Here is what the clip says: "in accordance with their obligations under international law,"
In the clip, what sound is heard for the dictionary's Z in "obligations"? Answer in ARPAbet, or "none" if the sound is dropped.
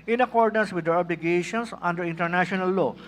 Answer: S